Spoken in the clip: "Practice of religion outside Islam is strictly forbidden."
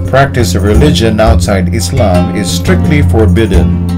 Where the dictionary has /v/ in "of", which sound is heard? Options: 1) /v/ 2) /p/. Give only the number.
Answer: 1